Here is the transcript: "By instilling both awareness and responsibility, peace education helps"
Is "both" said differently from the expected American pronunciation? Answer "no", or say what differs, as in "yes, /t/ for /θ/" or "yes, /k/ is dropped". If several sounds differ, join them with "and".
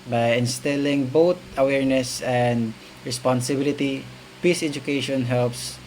yes, /t/ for /θ/